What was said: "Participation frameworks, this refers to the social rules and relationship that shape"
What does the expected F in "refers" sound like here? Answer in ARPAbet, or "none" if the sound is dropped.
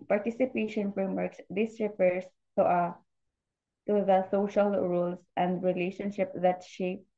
P